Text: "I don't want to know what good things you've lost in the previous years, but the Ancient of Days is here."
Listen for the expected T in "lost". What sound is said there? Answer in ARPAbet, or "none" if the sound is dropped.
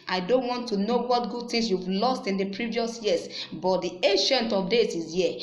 T